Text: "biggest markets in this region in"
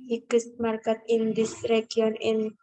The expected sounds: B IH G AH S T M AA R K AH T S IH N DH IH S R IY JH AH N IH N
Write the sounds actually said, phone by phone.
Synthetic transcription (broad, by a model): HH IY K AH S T M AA R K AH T IH N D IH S R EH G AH N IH N